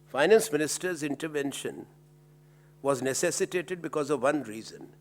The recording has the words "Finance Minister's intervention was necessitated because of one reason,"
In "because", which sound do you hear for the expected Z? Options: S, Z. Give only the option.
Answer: Z